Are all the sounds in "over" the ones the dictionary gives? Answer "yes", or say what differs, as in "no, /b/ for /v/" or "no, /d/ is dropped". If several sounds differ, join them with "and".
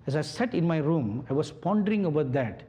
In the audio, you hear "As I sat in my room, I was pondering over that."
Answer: no, /b/ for /v/